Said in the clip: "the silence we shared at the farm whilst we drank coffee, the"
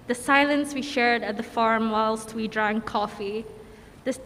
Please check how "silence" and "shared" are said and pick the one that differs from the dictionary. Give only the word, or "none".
none